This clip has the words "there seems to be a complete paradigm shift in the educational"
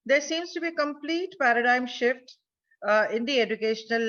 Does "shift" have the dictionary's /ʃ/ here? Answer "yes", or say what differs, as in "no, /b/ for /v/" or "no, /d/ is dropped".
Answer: yes